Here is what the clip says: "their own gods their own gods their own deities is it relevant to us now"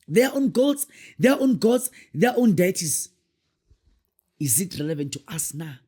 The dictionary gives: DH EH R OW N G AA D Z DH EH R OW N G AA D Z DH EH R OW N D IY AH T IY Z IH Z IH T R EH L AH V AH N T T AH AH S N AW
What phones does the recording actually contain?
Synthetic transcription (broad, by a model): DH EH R OW N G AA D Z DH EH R OW N G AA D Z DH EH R OW N D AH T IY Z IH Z IH T R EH L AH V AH N T T AH S N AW